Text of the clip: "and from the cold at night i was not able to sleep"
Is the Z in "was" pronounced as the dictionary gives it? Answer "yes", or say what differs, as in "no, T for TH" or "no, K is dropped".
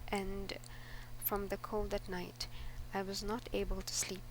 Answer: yes